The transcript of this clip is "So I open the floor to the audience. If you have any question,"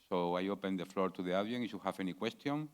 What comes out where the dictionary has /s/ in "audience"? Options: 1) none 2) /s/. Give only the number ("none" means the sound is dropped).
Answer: 1